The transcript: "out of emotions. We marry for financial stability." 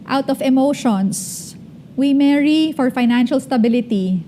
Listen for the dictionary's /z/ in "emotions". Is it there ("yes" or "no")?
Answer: no